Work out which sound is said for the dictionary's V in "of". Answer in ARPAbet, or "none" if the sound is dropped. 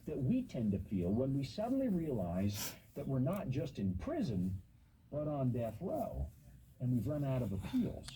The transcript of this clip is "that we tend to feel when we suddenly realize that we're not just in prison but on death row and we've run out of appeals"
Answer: V